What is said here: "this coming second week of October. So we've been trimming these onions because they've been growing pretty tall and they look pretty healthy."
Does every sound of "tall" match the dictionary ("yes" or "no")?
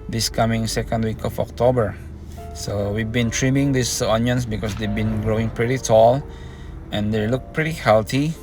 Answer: yes